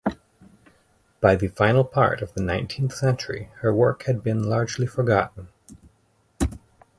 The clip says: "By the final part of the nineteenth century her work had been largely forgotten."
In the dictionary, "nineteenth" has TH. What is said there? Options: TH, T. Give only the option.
TH